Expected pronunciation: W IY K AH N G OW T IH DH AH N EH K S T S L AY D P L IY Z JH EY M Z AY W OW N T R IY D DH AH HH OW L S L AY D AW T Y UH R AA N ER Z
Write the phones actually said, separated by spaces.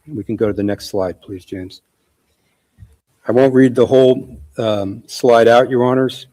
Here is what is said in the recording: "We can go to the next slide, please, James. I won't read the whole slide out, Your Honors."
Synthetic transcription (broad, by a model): W IY K N G OW T IH DH AH N EH K S T S L AY D P L IY Z JH EY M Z AY W OW N T R IY D DH AH HH OW L S L AY D AW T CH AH R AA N ER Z